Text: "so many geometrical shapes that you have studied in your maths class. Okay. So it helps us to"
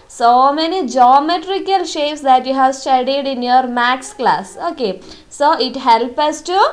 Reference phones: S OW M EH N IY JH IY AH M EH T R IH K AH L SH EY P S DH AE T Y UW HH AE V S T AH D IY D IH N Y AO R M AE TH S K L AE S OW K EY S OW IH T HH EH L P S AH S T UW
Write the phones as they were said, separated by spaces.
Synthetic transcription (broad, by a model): S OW M EH N IY JH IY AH M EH T R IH K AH L SH EY P S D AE T Y UW HH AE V S T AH D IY D IH N Y AO R M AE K S K L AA S OW K EY S OW IH T HH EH L P AH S T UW